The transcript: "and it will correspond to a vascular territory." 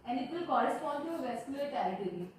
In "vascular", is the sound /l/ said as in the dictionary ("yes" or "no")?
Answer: no